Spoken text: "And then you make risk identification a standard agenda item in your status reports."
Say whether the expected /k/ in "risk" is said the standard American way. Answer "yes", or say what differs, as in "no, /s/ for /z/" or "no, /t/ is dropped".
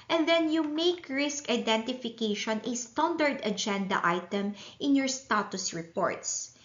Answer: yes